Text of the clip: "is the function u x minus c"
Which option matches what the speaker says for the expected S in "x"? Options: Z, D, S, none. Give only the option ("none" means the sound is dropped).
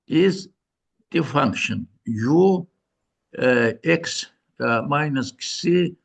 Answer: S